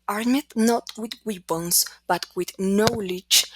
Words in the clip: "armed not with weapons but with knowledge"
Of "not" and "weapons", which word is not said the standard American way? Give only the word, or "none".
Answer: weapons